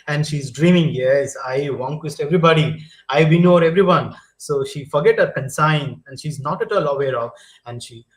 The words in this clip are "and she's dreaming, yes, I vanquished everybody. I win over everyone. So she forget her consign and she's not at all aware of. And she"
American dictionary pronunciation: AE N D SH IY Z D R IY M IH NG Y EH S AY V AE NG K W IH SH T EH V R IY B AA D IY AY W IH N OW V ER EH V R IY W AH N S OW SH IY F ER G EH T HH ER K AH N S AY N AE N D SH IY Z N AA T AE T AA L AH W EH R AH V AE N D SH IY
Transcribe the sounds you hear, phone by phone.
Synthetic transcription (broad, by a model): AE N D SH IY Z D R IY M IH NG Y EH S AY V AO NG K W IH S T EH V R IY B AA D IY AY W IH N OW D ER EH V R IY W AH N S OW SH IY F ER G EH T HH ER K AH N S AY N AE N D SH IY Z N AA T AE T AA L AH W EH R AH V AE N D SH IY